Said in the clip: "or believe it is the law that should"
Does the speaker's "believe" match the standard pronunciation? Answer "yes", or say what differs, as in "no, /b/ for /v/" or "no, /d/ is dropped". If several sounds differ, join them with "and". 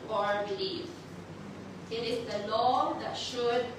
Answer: no, /f/ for /v/